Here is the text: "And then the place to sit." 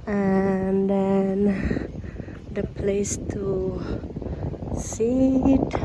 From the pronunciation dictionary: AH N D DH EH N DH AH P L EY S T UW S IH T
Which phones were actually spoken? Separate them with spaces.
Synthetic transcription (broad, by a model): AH N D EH N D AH P L EY S T UW S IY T